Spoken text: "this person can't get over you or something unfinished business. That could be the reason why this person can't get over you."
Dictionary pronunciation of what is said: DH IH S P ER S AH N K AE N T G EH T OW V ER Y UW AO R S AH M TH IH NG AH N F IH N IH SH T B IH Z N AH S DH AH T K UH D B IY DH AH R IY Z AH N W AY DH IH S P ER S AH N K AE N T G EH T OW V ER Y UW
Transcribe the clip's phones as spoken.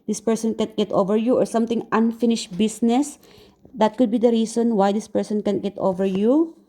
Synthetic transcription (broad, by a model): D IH S P ER S AH N K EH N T G EH T OW V ER Y UW AO R S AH M T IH NG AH N F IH N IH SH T B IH S N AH S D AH T K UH D B IY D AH R IY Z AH N W AY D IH S P ER S AH N K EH N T G EH T OW V ER Y UW